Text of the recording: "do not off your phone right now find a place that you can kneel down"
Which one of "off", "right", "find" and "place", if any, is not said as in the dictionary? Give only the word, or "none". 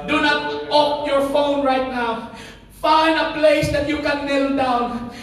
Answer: off